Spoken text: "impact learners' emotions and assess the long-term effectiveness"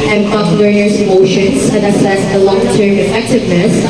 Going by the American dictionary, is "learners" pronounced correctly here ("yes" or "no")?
no